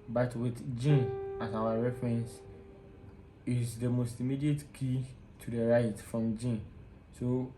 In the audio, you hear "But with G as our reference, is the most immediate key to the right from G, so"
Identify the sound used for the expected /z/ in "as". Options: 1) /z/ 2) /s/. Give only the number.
2